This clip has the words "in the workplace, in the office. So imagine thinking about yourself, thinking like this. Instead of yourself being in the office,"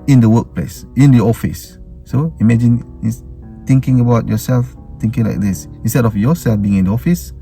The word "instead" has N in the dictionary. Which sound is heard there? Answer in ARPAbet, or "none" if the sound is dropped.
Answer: N